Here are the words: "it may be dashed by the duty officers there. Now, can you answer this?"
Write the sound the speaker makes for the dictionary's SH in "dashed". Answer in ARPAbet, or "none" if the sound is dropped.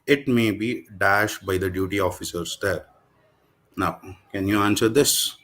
SH